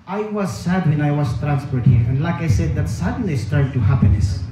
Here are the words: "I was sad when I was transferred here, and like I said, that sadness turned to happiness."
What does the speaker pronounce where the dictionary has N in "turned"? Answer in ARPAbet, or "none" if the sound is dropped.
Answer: none